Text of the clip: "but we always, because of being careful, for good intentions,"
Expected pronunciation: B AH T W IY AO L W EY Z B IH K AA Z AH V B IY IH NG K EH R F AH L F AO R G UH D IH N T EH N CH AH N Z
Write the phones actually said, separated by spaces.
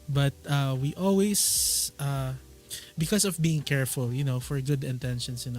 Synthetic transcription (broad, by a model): B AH T W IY AO L W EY S B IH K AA S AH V B IY IH NG K EH R F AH L F AO R G UH D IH N T EH N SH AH N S